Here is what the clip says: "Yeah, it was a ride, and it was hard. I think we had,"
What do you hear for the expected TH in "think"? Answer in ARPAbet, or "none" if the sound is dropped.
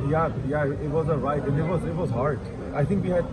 T